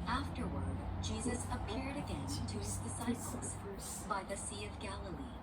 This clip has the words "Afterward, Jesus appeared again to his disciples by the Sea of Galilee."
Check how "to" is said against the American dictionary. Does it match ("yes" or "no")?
no